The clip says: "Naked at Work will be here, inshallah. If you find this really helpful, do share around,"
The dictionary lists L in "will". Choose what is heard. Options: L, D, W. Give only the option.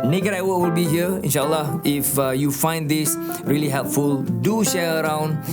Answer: L